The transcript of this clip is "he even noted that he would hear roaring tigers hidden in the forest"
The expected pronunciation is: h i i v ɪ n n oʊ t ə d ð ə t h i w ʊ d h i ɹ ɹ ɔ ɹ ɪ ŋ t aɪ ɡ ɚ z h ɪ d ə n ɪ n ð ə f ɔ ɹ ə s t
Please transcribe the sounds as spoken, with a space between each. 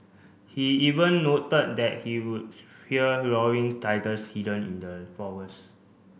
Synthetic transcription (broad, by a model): h i i v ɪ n n oʊ t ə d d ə t h i w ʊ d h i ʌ ɹ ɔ w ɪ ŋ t aɪ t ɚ s h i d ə n ɪ n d ə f ɔ w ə s